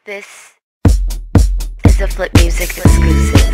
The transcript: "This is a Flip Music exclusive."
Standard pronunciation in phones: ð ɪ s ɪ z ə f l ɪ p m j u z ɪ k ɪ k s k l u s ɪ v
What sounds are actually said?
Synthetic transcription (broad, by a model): ð ɪ s ɪ z ə f l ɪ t m j u z ɪ k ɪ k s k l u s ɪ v